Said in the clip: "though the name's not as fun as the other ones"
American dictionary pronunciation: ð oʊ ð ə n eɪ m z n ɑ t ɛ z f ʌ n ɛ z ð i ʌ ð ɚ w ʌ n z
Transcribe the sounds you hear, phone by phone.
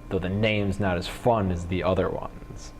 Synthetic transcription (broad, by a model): ð oʊ ð ə n eɪ m z n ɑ t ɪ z f ʌ n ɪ z ð i ʌ ð ɚ w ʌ n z